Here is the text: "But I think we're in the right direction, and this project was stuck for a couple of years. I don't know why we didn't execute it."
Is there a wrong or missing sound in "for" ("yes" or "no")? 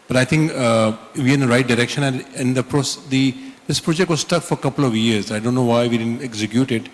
no